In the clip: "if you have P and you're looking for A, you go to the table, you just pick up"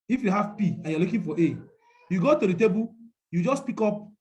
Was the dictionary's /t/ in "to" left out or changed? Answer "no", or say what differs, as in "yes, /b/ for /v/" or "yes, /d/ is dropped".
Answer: no